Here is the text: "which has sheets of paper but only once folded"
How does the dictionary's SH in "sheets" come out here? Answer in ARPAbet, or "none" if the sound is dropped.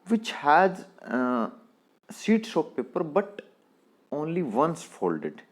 S